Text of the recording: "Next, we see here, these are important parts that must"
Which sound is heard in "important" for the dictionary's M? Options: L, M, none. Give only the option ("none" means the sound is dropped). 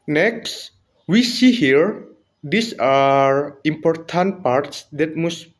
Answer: M